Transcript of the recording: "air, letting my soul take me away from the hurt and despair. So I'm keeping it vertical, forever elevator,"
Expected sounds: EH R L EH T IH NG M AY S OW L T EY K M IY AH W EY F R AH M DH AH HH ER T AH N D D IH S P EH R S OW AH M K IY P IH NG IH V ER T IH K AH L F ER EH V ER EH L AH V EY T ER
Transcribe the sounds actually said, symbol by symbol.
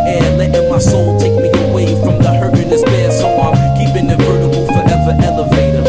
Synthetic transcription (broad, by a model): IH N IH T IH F M AY S OW L T EY K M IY AH W EY F R AH M DH AH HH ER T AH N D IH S B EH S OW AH K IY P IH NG IH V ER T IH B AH L F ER EH V ER EH L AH V EY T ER